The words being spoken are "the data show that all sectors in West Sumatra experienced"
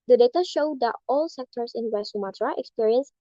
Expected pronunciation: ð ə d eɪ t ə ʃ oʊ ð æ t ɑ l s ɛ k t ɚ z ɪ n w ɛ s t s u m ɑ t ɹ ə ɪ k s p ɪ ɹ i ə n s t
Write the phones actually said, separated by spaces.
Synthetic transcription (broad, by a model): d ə d eɪ t ə ʃ oʊ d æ t ɑ l s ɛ k t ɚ s ɪ n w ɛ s s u m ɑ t ɹ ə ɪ k s p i ɹ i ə n s